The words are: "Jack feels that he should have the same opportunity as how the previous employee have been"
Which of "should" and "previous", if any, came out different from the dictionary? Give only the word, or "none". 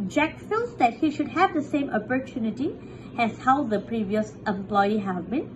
none